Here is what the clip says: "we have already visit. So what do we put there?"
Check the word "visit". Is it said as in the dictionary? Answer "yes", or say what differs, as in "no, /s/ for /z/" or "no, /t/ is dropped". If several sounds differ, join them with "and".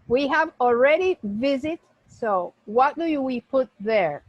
yes